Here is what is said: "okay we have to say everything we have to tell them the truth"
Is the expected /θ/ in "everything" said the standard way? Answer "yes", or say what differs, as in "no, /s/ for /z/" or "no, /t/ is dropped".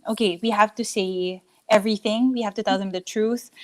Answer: yes